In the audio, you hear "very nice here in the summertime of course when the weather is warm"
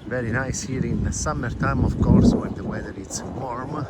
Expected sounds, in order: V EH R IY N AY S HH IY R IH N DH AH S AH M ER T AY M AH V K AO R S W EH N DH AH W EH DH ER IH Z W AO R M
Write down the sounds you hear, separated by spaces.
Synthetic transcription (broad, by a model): V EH R IY N AY S HH IY R IH N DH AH S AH M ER T AY M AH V K AO R S W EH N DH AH W EH DH ER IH S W AO R M